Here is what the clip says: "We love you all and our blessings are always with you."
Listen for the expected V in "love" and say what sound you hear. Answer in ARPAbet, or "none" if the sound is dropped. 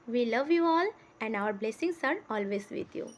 V